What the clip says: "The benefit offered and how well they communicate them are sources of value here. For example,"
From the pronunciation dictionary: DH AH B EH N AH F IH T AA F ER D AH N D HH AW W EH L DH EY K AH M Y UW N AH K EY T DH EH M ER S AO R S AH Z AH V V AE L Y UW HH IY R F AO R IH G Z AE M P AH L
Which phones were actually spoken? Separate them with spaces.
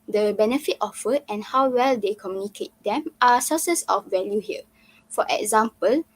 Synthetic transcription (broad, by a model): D AH B EH N AH F IH T AA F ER AH N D HH AW W EH L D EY K AH M Y UW N AH K EY T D EH M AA S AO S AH S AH F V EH L Y UW HH IY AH F AO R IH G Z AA M P AH L